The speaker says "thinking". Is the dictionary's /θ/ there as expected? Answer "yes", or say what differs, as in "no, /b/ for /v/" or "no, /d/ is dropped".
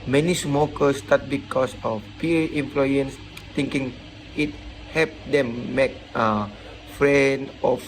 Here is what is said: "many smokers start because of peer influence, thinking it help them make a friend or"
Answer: no, /t/ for /θ/